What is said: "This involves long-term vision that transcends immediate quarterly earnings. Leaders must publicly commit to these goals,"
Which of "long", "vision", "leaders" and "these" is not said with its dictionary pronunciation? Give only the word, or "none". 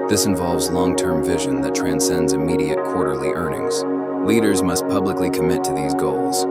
none